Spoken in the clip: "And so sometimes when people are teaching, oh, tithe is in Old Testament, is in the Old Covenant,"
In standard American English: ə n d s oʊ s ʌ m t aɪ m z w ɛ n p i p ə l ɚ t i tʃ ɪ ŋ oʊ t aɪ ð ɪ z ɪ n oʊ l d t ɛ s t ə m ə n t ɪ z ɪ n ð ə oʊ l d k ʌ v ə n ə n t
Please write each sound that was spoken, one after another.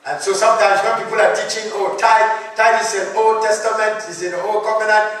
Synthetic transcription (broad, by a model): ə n s oʊ s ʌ m t aɪ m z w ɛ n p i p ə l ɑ t i tʃ ɪ ŋ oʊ t aɪ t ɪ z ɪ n oʊ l t ɛ s t ə m ə n t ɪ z ɪ n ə oʊ l k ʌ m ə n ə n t